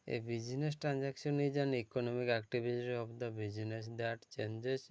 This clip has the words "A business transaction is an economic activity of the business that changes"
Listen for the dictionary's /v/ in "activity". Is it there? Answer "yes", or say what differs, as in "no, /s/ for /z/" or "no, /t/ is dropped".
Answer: no, /b/ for /v/